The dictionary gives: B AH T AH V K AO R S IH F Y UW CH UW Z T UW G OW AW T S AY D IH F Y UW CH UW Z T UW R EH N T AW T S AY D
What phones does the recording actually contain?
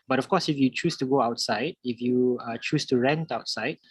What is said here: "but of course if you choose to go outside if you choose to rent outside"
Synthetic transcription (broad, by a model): B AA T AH F K AO S IH F Y UW CH UW S T UW G OW AW T S AY D IH F Y UW CH UW S T UW R EH N T AW T S AY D